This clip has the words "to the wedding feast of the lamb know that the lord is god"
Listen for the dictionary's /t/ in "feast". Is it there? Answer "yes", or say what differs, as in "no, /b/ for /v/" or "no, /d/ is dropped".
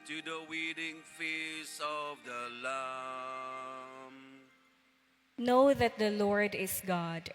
no, /t/ is dropped